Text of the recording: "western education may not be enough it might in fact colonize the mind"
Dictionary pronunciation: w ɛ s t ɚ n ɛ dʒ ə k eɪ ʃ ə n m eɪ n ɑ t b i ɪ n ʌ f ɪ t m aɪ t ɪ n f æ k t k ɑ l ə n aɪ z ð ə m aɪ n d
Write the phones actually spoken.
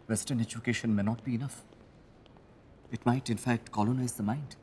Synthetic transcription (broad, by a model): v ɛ s t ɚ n ɛ dʒ ə k eɪ ʃ ə n m eɪ n ɑ t b i ɪ n ʌ f ɪ t m aɪ t ɪ n f æ k t k ɑ l ə n aɪ z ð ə m aɪ n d